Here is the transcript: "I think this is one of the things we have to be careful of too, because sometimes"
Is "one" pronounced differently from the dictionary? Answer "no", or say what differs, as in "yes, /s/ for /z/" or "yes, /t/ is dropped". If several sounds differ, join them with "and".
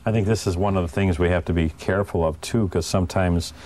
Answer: no